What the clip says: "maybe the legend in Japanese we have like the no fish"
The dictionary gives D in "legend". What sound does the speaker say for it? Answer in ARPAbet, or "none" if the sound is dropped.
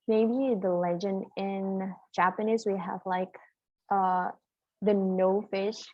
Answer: D